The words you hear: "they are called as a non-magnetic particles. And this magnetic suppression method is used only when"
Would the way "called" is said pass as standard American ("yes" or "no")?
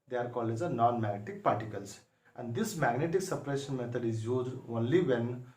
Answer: no